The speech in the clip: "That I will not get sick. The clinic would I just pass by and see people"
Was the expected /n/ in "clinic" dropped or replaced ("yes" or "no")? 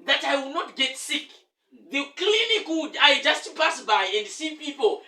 yes